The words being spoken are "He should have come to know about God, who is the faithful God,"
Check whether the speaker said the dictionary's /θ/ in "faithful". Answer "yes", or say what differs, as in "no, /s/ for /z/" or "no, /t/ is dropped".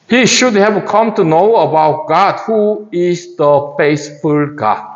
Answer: no, /s/ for /θ/